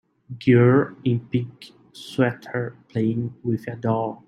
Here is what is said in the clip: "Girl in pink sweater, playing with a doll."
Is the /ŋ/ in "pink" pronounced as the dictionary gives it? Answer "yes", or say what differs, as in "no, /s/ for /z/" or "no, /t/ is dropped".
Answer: no, /ŋ/ is dropped